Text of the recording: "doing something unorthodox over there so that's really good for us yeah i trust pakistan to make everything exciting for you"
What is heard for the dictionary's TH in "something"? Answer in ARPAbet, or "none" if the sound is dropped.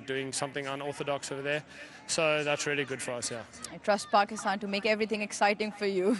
TH